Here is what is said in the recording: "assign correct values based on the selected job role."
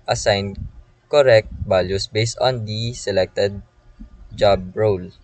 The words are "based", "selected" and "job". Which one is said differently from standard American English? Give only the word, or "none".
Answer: none